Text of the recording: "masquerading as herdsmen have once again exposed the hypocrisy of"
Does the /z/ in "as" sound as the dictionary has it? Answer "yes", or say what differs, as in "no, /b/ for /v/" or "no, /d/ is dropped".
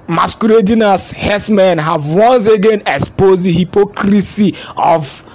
no, /s/ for /z/